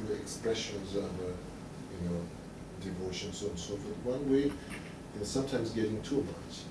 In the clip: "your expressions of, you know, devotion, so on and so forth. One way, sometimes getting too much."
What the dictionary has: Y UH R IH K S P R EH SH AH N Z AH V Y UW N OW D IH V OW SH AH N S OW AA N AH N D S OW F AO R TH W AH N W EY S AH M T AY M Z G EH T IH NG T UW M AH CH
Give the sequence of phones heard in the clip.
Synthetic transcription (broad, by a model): IH K S P R EH SH AH N Z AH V Y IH N OW D IH V OW SH AH N S OW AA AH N S OW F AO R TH W AH N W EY S AH M T AY M Z G EH T IH NG T UW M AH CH